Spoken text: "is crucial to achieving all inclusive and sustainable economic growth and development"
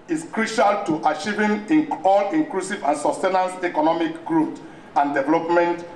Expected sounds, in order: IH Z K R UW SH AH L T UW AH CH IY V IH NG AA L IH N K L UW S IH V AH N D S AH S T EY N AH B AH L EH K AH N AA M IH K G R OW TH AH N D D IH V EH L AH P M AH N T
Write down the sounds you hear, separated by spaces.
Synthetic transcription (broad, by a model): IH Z K R UW SH AH L T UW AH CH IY V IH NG AA L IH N K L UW S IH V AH N S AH S T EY N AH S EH K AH N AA M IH K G R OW T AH N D D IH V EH L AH P M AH N T